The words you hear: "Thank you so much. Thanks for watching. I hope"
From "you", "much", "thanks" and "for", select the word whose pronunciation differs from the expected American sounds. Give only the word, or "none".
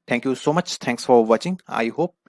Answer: thanks